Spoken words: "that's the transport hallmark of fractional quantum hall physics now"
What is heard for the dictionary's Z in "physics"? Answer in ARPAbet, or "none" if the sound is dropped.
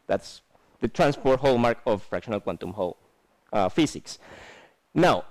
S